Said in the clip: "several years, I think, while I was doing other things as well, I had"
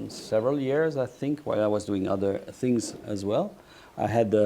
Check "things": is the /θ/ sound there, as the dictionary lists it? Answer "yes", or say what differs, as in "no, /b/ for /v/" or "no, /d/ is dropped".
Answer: yes